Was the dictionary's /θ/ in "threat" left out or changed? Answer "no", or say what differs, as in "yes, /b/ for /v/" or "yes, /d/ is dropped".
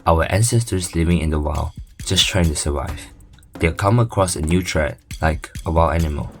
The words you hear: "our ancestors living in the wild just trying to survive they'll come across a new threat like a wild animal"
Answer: yes, /t/ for /θ/